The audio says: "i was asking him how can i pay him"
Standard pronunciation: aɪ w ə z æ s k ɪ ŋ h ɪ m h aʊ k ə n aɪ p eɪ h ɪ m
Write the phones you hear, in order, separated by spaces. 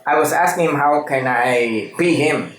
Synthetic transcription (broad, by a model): aɪ w ə z æ s k ɪ ŋ h ɪ m h aʊ k ə n aɪ b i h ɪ m